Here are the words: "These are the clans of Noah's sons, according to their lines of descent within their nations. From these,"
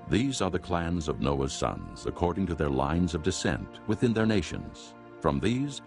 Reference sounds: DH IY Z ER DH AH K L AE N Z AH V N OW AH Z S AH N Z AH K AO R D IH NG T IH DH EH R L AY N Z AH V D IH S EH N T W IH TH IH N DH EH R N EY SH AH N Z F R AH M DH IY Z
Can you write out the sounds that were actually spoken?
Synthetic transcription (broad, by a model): DH IY Z ER DH AH K L AE N Z AH V N OW AH Z S AH N Z AH K AO R D IH NG T IH DH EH R L AY N Z AH V D IH S EH N T W IH TH IH N DH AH R N EY SH AH N Z F R AH M DH IY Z